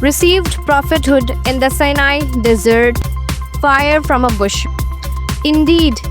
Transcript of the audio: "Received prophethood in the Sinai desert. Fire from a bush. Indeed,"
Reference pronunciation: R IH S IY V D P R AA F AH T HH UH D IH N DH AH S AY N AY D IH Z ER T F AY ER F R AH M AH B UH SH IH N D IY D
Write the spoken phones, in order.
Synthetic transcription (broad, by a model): R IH S IY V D P R AA F AH T HH UH D IH N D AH S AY N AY D IH Z ER T F AY ER F R AH M AH B UH SH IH N D IY D